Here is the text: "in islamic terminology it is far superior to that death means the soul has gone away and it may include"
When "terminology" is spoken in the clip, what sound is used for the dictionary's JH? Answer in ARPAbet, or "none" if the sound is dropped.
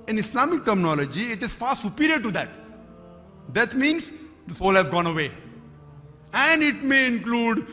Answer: JH